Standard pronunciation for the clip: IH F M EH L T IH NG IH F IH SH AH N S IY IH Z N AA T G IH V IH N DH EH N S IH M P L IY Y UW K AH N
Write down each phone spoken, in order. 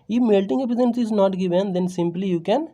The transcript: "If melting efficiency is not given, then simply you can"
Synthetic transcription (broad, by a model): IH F M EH L T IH NG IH P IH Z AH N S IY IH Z N AA T G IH V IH N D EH N S IH M P L IY Y UW K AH N